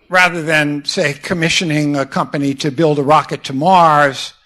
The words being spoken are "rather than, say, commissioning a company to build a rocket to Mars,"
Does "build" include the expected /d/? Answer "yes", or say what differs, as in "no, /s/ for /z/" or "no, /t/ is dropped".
yes